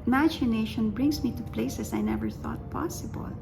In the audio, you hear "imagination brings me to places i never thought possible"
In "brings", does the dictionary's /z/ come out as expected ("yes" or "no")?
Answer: no